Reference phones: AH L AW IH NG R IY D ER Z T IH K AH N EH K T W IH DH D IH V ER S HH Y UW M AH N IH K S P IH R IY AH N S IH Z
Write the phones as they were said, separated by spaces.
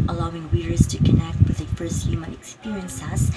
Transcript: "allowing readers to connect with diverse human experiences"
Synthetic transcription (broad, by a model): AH L AW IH NG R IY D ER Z T IH K AH N EH K T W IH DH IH F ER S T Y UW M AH IH K S P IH R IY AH N S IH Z